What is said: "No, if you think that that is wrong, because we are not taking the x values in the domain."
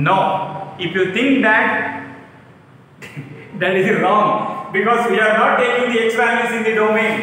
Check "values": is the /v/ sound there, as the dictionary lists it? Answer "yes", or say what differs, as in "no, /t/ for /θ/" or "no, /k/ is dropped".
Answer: no, /p/ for /v/